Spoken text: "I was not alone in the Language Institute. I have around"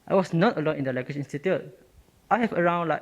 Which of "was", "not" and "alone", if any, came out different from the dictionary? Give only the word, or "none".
was